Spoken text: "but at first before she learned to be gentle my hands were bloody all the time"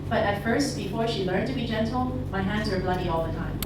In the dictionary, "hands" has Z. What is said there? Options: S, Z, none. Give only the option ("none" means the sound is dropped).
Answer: Z